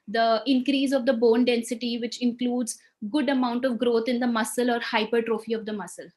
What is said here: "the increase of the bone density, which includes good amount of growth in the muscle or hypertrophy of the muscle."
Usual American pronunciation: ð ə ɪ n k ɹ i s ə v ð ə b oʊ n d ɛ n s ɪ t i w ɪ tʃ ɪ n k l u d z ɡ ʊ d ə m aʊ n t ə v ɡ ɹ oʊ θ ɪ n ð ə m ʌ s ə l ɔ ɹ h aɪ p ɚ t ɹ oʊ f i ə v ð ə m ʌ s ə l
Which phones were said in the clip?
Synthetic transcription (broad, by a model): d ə ɪ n k ɹ i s ə v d ə b oʊ n d ɛ n s ɪ t i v ɪ tʃ ɪ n k l u d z ɡ ʊ d ə m aʊ n t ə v ɡ ɹ oʊ t ɪ n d ə m ʌ s ə l ɔ ɹ h aɪ p ɚ t ɹ oʊ f i ə v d ə m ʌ s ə l